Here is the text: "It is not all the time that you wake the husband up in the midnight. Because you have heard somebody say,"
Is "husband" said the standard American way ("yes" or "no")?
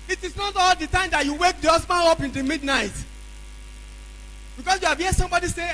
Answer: no